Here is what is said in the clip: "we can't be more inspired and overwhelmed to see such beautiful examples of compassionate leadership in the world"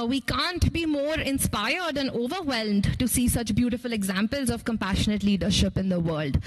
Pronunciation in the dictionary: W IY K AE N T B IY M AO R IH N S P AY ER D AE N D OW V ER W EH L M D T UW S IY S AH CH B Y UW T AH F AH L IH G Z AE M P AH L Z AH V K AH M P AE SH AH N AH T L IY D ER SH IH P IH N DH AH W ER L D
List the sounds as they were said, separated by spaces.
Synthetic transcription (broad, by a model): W IY K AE N T B IY M AO R IH N S P AY ER D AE N OW V ER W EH L M D T UW S IY S AH CH B Y UW T AH F AH L IH G Z AE M P AH L Z AH V K AH M P AE SH AH N AH T L IY D ER SH IH P IH N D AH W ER L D